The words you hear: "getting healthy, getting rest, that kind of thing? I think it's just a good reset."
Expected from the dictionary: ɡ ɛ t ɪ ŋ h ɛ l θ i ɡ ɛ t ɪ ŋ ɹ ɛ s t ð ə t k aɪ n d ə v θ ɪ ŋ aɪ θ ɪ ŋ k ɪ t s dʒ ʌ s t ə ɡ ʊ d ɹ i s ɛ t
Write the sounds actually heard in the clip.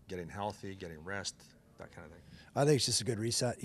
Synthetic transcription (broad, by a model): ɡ ɛ t ɪ ŋ h ɛ l θ i ɡ ɛ t ɪ ŋ ɹ ɛ s t ð ə t k aɪ n d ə θ ɪ ŋ aɪ θ ɪ ŋ k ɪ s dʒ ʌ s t ə ɡ ʊ d ɹ i s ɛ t